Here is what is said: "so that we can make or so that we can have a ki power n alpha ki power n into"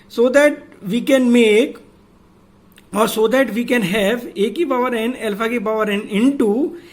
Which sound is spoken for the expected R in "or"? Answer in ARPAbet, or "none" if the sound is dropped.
R